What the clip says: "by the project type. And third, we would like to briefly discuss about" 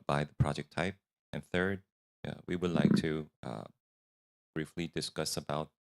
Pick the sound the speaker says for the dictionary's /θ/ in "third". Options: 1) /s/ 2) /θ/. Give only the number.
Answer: 2